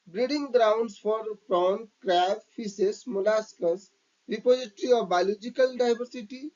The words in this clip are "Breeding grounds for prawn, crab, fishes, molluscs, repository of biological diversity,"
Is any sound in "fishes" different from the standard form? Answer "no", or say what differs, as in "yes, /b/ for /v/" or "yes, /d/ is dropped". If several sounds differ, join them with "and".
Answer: yes, /s/ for /ʃ/